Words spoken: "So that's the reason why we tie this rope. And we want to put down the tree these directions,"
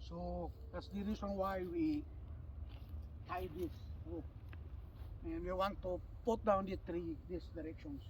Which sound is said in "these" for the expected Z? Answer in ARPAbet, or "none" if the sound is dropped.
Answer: S